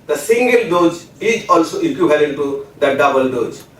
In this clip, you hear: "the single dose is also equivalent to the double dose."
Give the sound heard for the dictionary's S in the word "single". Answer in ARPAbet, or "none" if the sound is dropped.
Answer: S